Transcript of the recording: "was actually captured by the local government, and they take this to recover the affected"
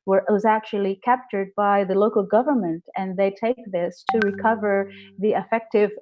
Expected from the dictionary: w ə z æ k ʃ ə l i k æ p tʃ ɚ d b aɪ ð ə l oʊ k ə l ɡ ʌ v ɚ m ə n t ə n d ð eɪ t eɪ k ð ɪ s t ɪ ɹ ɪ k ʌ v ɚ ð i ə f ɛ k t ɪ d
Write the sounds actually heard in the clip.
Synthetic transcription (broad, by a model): w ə z æ k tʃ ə l i k æ p tʃ ɚ d b aɪ ð ə l oʊ k l ɡ ʌ v ɚ m ə n t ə n ð eɪ t eɪ k ð ɪ s t ɪ ɹ ɪ k ʌ v ɚ ð i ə f ɛ k t ɪ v